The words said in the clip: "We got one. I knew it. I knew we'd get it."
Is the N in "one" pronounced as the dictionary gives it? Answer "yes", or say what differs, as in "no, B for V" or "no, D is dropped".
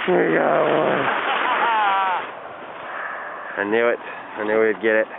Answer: no, N is dropped